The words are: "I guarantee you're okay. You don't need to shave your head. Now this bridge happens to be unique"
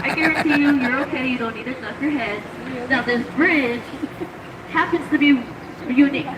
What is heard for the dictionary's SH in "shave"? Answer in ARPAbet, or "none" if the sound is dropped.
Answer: S